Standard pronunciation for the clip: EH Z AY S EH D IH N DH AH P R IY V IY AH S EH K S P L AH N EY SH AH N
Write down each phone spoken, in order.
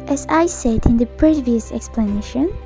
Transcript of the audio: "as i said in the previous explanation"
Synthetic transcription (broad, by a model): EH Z AY S EH D IH N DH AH P R IY V IY AH S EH K S P L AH N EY SH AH N